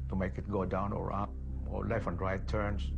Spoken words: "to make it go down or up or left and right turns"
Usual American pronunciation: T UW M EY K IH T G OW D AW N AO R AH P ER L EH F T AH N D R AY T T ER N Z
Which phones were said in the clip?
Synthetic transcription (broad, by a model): T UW M EY K IH T G OW D AW N AO R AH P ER L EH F AH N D R AY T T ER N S